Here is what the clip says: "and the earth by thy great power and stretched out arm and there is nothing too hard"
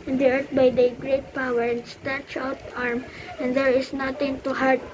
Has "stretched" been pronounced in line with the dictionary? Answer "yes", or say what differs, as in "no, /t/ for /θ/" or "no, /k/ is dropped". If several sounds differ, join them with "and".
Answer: no, /ɹ/ is dropped and /t/ is dropped